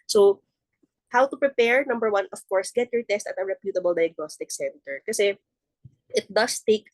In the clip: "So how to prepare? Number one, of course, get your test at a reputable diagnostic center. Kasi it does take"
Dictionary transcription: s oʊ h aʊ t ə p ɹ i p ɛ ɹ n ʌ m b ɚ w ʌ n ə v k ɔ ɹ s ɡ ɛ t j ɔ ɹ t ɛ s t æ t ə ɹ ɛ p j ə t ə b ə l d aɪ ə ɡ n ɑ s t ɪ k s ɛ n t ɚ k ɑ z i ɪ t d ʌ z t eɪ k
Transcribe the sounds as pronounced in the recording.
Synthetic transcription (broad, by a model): s oʊ h aʊ t ə p ɹ i p ɛ ɹ n ʌ m b ɚ w ʌ n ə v k ɔ ɹ s ɡ ɛ t j ɔ ɹ t ɛ s t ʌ t ə ɹ ɛ p j ə t ə b ə l d aɪ ə ɡ n ɑ s t ɪ k s ɛ n t ɚ k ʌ s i ɪ t d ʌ s t eɪ k